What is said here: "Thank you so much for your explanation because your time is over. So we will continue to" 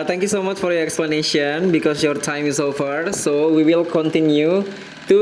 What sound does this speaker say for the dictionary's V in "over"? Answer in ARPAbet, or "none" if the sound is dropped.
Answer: F